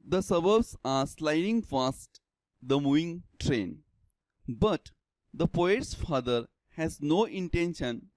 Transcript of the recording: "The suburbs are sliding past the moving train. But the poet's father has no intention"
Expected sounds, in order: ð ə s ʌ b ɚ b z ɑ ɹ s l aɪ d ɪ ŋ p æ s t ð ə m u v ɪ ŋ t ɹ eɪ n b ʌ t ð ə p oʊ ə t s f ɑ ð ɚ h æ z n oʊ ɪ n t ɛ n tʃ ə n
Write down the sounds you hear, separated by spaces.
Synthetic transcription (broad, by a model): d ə s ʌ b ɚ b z ɑ ɹ s l aɪ d ɪ ŋ f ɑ s t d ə m u v ɪ ŋ t ɹ eɪ n b ʌ t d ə p oʊ ə t s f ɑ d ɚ h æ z n oʊ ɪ n t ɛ n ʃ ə n